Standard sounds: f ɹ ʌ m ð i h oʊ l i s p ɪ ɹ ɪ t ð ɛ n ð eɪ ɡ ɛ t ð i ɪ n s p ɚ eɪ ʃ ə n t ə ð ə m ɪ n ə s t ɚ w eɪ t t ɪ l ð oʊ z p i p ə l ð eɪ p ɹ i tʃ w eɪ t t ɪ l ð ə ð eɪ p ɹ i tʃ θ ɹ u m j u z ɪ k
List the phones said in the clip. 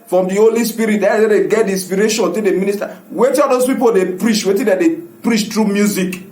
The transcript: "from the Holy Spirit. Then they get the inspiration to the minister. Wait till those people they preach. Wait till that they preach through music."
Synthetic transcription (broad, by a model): f ɹ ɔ m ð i h oʊ l i s p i ɹ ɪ t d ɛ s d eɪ ɡ ɛ t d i n s p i eɪ ʃ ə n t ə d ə m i n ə s t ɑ w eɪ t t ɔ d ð oʊ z p i p ə l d eɪ p ɹ i tʃ w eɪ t t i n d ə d eɪ p ɹ i tʃ t ɹ u m j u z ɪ k